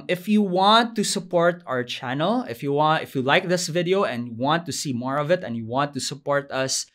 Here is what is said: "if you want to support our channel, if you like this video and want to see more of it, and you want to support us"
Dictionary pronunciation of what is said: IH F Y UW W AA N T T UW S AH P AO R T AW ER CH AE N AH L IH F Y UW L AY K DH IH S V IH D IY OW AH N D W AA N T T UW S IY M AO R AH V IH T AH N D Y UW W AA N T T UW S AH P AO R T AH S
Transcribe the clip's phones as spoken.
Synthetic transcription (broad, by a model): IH F Y UW W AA N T T UW S AH P AO R T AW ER CH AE N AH L IH F Y UW L AY K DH IH S V IH D IY OW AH N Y W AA N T T UW S IY M AO R AH V IH T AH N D Y UW W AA N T T UW S AH P AO R T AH S